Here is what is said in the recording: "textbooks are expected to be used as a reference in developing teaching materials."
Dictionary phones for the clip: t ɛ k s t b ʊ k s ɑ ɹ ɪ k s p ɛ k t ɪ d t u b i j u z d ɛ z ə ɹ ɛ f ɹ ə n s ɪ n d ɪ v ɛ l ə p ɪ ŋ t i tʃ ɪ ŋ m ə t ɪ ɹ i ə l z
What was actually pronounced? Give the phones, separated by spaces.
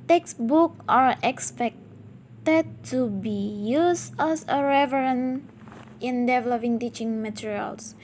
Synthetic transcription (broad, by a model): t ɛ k s b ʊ k ɑ ɹ ɪ k s p ɛ k t ɪ d t u b i j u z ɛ s ə ɹ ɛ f ɹ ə n ɪ n d ɪ v ɛ l ə p ɪ ŋ t i tʃ ɪ ŋ m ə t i ɹ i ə l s